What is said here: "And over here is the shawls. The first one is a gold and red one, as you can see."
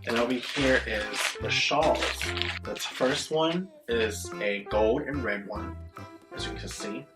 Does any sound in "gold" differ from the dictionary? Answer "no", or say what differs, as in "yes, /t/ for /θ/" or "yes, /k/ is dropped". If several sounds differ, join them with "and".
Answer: no